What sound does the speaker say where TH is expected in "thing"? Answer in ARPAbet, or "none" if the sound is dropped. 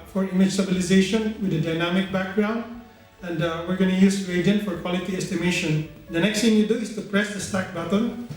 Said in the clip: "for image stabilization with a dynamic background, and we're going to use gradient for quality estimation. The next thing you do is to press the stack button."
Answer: T